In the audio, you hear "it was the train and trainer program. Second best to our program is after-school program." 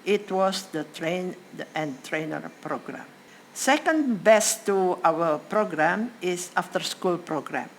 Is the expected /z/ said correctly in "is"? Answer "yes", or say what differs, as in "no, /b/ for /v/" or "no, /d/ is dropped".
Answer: no, /s/ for /z/